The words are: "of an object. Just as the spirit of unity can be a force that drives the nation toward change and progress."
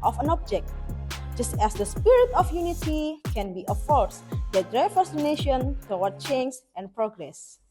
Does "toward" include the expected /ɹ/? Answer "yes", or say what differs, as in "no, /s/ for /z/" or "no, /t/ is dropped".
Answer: no, /w/ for /ɹ/